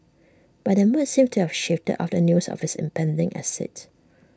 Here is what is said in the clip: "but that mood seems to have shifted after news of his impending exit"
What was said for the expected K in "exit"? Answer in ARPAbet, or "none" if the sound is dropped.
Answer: none